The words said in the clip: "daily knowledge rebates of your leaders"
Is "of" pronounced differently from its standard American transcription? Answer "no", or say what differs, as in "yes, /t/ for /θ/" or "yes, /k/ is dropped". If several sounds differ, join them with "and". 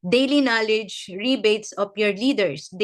yes, /p/ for /v/